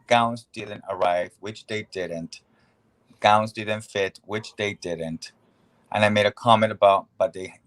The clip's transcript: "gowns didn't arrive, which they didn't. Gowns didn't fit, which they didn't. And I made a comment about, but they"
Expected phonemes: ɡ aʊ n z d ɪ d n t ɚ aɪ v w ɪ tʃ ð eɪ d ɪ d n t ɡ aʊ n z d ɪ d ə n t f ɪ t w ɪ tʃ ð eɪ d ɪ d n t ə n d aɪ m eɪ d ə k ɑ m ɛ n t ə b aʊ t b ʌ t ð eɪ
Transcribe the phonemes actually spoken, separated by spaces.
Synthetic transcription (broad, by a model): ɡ aʊ n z d ɪ d n t ɚ aɪ v w ɪ tʃ ð eɪ d ɪ d n t ɡ aʊ n z d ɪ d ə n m f ɪ t w ɪ tʃ ð eɪ d ɪ d n t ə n aɪ m eɪ d ə k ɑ m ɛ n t ə b aʊ t b ʌ t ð eɪ